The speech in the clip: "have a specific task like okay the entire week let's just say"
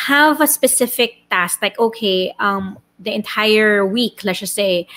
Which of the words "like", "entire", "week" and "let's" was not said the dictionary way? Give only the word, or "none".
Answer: let's